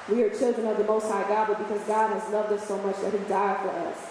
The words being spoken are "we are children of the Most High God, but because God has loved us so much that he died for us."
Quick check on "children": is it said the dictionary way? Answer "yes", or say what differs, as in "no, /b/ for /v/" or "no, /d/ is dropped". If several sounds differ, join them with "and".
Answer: yes